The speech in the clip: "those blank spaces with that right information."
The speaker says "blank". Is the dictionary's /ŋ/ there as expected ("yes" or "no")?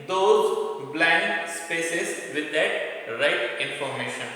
no